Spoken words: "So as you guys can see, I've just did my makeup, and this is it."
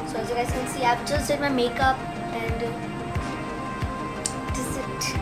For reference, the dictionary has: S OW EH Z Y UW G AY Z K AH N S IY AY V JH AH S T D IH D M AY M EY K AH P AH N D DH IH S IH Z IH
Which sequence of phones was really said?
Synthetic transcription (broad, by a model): S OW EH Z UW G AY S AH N S IY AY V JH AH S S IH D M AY M EY K AH P AH N D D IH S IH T